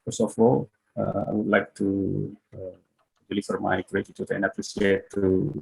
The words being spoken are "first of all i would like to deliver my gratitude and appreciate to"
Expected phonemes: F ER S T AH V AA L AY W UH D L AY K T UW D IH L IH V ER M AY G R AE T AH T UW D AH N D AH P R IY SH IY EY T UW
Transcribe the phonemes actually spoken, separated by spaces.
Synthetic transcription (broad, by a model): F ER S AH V AA L AY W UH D L AY K T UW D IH L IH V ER M AY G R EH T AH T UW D AH N D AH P R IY S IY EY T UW